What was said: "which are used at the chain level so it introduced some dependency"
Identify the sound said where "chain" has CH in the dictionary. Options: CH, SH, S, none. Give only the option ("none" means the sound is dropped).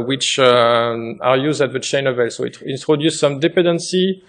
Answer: CH